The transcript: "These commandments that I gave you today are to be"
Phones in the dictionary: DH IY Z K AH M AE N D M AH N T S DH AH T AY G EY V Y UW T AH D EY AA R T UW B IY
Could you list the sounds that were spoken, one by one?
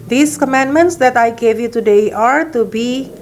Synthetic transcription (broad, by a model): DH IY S K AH M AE N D M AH N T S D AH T AY G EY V Y UW T AH D EY AA R T UW B IY